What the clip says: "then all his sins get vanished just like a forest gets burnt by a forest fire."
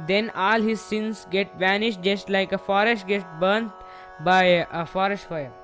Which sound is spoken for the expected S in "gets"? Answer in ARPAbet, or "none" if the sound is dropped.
none